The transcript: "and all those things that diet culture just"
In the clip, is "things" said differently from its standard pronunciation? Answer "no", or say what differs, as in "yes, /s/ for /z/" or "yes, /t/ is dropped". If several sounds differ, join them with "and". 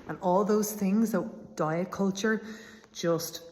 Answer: no